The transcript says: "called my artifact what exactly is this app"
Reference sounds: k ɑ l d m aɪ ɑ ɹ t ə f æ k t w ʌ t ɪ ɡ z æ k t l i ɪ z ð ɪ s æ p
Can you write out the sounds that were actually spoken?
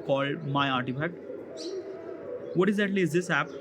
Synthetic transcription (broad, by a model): k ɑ l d m aɪ ɑ ɹ t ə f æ k t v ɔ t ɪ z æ t l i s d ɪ s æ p